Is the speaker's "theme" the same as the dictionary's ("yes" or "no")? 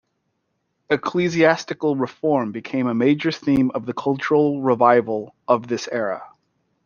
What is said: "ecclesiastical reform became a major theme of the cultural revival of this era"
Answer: yes